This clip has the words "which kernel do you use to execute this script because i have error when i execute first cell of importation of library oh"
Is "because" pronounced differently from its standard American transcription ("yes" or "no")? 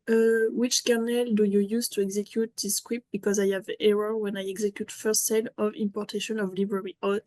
no